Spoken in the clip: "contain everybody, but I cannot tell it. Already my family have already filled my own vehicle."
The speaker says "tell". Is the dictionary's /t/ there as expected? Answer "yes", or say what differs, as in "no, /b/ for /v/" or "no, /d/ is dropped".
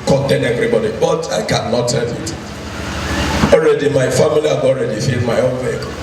no, /s/ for /t/